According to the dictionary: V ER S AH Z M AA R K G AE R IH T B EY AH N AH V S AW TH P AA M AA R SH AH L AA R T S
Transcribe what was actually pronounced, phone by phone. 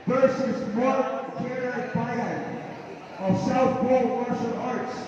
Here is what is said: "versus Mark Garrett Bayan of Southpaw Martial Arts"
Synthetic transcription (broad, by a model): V ER S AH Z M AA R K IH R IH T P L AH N AH V S AW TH B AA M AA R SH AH N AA R T S